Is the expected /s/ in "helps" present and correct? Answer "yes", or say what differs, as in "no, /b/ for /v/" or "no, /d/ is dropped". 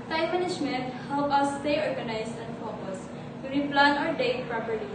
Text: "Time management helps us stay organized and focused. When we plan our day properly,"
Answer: no, /s/ is dropped